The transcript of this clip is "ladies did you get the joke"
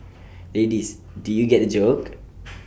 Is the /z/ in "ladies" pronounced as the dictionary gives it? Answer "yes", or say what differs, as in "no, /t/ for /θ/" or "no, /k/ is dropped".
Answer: no, /s/ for /z/